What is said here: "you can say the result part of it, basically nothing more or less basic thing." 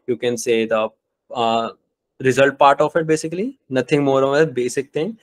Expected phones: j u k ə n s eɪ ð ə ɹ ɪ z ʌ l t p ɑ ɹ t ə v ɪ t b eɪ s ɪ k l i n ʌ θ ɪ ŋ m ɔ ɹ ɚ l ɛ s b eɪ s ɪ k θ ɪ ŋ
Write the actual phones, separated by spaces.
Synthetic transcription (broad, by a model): j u k ə n s eɪ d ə ɹ ɪ z ʌ l t p ɑ ɹ t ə f ɪ t b eɪ s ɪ k l i n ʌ t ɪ ŋ m ɔ ɹ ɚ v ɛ b eɪ s ɪ k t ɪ ŋ